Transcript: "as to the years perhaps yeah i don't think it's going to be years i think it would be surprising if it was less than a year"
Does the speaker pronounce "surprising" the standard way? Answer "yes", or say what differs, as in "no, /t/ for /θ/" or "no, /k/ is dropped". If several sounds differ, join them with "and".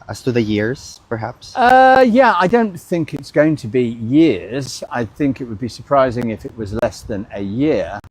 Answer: yes